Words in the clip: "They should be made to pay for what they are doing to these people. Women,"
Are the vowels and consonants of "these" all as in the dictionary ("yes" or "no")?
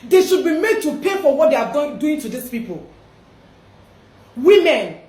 no